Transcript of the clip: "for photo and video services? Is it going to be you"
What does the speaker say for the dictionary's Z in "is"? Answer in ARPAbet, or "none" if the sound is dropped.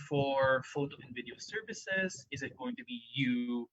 Z